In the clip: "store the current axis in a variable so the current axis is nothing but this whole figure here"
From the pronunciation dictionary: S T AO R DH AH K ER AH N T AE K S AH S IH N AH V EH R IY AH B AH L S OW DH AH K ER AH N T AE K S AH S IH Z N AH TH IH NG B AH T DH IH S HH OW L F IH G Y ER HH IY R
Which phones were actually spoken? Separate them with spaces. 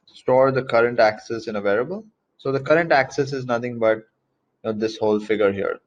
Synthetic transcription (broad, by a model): S T AO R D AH K ER AH N T AE K S AH S IH N AH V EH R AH B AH L S OW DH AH K ER AH N T AE K S AH S IH Z N AH T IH NG B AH T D IH S HH OW L F IH G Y ER HH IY R